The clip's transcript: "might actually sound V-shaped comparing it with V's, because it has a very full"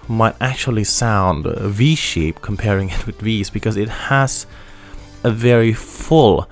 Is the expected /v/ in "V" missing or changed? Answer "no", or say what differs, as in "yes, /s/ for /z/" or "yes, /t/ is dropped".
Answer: no